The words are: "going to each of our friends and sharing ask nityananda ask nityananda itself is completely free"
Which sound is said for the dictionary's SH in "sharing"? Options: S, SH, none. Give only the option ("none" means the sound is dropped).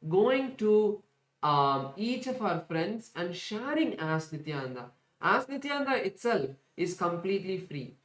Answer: SH